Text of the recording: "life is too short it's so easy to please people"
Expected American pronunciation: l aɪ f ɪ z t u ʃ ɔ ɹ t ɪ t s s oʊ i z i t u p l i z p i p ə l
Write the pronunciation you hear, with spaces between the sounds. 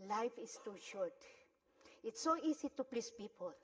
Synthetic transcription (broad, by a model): l aɪ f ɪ s t u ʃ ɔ ɹ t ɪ t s s oʊ i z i t u p l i s p i p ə l